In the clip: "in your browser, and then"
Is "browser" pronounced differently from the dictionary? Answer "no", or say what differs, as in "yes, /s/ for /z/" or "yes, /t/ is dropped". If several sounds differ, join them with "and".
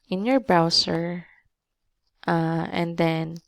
yes, /s/ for /z/